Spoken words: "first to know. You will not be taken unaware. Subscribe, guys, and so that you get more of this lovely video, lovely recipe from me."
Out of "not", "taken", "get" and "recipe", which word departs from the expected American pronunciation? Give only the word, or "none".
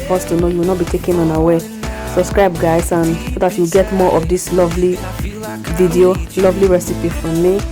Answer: none